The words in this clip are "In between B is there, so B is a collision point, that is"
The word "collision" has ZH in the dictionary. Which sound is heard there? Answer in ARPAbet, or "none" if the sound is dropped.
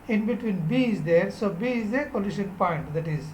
SH